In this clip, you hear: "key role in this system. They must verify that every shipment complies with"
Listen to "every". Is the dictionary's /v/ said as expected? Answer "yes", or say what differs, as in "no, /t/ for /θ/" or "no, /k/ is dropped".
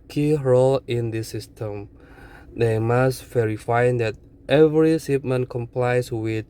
yes